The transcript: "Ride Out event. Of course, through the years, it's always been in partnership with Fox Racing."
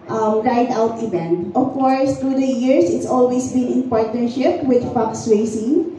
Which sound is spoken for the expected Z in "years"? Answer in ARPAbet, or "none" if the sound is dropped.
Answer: S